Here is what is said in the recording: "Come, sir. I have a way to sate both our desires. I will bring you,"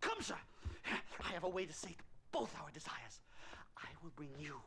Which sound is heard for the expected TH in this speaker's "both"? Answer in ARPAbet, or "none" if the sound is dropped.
TH